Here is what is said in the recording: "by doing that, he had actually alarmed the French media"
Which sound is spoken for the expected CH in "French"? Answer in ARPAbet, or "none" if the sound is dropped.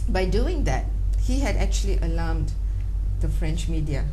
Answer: CH